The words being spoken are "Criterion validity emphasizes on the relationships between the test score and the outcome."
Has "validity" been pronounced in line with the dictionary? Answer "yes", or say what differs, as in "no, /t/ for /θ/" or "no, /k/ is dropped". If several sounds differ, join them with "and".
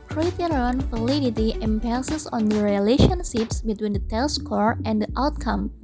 no, /f/ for /v/